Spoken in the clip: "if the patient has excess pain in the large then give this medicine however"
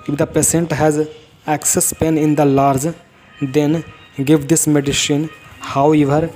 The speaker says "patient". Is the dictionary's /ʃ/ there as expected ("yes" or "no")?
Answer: no